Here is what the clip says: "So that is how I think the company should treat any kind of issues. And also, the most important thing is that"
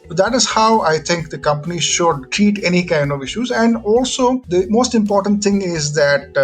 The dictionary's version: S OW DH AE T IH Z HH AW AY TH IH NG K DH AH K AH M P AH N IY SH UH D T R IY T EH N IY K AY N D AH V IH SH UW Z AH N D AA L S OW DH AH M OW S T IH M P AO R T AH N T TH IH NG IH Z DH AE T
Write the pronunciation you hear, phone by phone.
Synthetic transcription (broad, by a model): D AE T IH Z HH AW AY T IH NG K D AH K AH M P AH N IY SH UH D T R IY T EH N IY K AY N D AH V IH SH UW Z AH N D AA L S OW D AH M OW S T IH M P AO R T AH N T T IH NG IH Z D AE T